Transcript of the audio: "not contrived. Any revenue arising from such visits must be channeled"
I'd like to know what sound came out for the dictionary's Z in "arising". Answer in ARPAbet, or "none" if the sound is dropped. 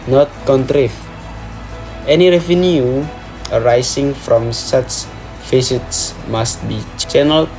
S